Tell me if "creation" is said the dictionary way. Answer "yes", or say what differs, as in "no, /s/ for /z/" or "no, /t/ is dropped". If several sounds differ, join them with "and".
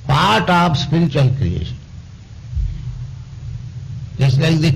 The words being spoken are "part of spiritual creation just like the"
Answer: no, /ɹ/ is dropped